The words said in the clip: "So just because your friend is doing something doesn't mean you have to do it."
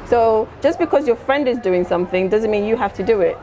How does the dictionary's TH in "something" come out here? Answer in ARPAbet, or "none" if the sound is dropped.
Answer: TH